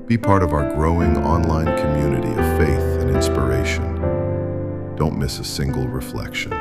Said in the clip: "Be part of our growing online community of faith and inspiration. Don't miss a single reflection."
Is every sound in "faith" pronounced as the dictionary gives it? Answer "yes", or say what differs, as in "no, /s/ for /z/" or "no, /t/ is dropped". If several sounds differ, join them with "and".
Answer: yes